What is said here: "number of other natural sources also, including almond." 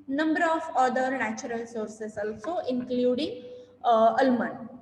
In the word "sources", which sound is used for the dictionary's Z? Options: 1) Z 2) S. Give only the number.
2